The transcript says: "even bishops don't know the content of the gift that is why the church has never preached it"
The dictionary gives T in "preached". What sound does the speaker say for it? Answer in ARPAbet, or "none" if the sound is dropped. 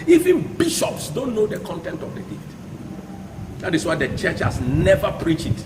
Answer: none